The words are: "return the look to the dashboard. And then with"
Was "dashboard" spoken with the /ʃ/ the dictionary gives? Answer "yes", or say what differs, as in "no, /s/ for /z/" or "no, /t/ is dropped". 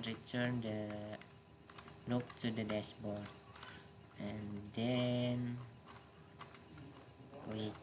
no, /s/ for /ʃ/